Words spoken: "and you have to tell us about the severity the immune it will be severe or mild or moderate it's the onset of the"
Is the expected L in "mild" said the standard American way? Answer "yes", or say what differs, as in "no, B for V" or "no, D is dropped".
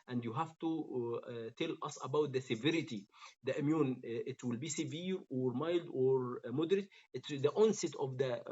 yes